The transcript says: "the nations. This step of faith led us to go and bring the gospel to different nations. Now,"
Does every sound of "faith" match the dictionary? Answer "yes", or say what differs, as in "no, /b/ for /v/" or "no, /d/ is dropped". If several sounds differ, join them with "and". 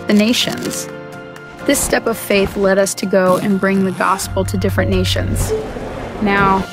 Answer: yes